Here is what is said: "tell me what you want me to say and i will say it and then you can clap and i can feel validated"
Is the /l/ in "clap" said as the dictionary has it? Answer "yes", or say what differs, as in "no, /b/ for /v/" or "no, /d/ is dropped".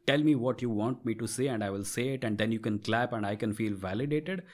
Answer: yes